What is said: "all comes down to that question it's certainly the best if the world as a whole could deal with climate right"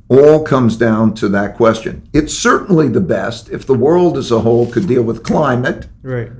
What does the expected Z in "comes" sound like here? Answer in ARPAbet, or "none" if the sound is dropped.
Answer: Z